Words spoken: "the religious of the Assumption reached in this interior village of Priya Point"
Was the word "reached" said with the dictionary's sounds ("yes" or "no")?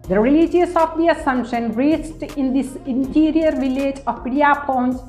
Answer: no